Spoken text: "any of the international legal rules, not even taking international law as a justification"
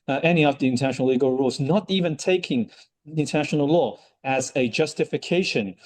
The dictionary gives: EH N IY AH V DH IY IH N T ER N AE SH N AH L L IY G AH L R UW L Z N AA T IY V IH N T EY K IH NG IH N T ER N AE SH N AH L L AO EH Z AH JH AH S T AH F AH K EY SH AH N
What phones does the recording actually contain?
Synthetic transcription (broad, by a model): EH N IY AH V DH IY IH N T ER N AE SH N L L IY G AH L R UW L Z N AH T IY V IH N T EY K IH NG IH N T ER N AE SH N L L AO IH Z AH JH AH S T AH F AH K EY SH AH N